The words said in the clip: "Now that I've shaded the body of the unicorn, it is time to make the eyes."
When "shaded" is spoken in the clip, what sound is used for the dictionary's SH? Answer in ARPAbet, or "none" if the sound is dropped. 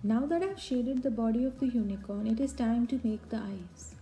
SH